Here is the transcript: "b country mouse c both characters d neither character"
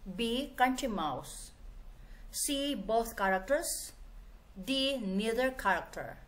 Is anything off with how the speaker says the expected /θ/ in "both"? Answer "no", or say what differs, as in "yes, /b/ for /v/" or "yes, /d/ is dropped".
yes, /t/ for /θ/